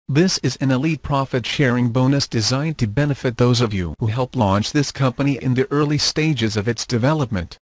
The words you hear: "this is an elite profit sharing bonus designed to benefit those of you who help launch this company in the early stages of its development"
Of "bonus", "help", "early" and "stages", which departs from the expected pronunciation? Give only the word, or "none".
none